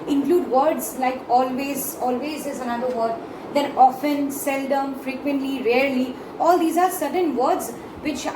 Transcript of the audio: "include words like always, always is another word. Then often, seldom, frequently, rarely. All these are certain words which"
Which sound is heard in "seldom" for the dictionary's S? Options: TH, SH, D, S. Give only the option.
S